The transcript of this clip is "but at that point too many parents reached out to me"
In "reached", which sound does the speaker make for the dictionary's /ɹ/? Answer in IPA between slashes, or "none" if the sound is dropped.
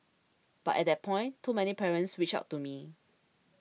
/w/